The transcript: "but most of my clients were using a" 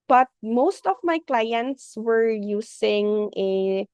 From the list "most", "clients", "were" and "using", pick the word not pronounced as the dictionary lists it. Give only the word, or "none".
using